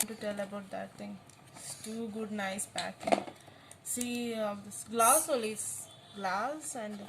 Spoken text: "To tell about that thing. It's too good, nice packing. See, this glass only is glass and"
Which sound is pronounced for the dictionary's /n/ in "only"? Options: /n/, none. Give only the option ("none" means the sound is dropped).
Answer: none